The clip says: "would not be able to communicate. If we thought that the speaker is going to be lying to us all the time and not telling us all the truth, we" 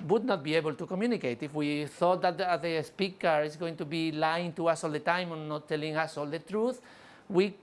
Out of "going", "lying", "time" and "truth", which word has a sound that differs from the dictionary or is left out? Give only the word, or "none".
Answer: none